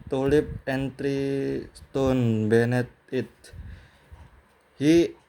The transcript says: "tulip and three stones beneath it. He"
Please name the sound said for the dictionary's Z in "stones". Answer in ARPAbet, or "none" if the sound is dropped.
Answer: none